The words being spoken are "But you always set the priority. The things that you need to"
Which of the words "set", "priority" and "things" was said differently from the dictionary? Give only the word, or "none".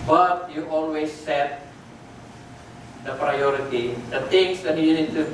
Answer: things